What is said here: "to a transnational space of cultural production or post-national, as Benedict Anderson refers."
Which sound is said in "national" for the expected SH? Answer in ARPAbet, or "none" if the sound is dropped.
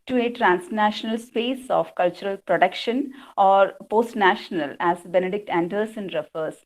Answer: SH